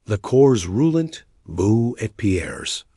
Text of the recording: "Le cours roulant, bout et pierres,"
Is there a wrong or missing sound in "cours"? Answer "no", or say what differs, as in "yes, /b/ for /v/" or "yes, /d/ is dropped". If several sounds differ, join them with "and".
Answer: no